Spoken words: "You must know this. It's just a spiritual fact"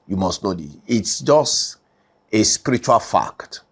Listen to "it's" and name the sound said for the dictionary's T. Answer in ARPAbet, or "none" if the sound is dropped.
T